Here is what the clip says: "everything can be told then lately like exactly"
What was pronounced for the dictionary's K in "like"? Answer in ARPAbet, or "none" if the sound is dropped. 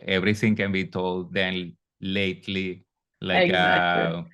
none